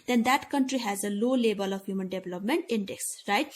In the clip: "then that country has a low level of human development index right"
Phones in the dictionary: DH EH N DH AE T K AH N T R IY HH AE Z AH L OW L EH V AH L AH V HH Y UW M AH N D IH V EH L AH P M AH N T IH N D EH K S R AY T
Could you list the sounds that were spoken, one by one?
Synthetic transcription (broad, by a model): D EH N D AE T K AH N T R IY HH AE Z AH L OW L EH B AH L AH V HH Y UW M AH N D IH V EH L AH P M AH N T IH N D EH K S R AY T